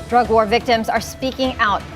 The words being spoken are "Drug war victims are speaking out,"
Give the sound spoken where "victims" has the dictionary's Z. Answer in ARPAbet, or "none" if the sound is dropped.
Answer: Z